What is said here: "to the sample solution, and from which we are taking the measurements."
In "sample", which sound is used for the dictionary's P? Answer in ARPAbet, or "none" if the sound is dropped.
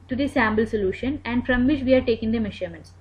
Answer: B